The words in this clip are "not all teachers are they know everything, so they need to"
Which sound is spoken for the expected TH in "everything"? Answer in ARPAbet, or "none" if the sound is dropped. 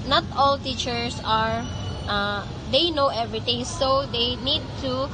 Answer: T